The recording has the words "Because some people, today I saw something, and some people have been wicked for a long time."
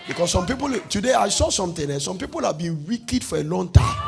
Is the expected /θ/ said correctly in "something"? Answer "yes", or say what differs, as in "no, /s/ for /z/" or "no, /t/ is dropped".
no, /t/ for /θ/